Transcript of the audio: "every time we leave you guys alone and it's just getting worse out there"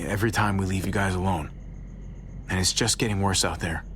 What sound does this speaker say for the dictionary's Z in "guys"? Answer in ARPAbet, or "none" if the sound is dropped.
Z